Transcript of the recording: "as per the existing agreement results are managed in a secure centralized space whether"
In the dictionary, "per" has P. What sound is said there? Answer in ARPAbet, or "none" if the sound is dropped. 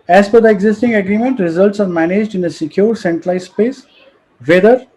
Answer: F